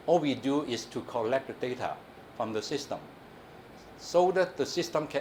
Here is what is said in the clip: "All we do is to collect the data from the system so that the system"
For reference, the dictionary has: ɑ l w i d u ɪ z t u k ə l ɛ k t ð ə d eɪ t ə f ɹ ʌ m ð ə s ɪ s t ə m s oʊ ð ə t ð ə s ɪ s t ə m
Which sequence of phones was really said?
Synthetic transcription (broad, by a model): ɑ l w i d u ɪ s t u k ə l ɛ k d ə d eɪ t ə f ɹ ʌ m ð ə s ɪ s t ə m s oʊ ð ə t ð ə s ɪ s t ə m